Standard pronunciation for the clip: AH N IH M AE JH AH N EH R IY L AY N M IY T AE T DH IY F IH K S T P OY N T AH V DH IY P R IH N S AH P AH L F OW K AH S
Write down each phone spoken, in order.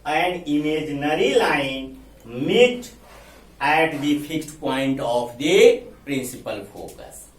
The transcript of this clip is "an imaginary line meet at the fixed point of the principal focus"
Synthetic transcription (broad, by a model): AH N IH M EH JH N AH R IY L AY N M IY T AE T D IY P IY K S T P OY N T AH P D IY P R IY N S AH P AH L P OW K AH S